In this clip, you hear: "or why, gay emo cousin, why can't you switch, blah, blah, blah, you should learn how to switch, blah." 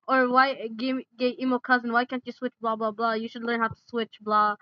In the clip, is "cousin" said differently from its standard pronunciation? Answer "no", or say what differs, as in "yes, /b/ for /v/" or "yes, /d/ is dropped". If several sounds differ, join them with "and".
no